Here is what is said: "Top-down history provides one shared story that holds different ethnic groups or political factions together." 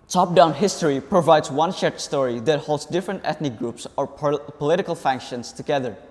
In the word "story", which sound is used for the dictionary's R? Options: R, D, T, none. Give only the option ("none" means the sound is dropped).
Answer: R